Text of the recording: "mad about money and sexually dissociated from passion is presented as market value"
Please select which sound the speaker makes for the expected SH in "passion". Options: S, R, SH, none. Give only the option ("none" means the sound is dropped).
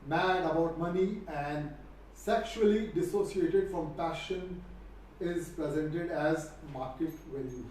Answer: SH